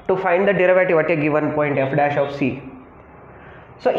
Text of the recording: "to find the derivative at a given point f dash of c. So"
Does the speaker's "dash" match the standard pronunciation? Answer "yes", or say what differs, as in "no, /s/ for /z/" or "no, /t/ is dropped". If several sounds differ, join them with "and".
yes